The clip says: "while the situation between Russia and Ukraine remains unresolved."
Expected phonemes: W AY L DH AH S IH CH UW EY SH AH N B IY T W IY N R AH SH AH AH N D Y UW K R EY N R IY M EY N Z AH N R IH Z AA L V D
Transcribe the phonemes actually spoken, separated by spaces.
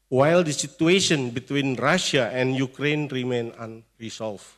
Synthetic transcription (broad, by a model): W AY L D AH S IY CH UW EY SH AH N B IY T W IY N R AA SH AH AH N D Y UW K R EY N R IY M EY N AH N R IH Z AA L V